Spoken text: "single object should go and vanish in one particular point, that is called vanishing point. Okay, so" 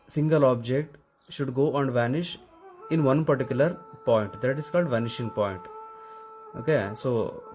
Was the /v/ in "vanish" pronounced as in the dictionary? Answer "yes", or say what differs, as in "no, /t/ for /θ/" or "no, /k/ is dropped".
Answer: yes